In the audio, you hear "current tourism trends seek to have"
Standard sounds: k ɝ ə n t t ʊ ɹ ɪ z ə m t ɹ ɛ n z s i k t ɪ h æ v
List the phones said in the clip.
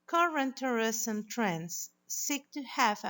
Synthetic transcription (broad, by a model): k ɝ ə n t t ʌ ɹ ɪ s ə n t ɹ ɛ n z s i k t ɪ h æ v